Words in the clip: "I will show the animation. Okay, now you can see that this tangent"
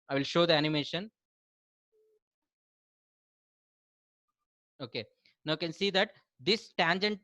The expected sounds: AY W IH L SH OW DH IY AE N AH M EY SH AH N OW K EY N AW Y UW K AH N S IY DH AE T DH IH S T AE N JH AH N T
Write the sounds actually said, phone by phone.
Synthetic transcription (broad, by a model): AY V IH L SH OW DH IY AE N AH M EY SH AH N OW K EY N AW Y K AH N S IY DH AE T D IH S T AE N JH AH N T